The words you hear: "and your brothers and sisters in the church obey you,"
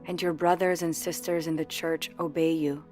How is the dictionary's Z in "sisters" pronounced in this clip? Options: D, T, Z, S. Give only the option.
Z